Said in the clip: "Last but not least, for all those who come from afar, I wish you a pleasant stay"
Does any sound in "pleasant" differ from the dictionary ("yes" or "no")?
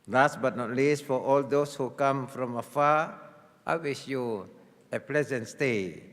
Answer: no